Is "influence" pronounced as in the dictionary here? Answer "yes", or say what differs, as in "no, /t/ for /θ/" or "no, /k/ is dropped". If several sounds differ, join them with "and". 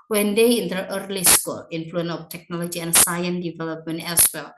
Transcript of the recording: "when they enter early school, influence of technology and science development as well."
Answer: no, /s/ is dropped